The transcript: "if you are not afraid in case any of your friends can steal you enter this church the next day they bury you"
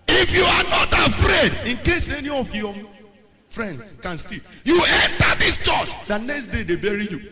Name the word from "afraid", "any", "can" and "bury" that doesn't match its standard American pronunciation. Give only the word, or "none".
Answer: none